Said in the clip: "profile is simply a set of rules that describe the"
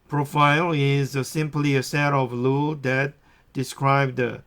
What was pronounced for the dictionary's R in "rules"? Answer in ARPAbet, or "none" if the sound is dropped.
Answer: L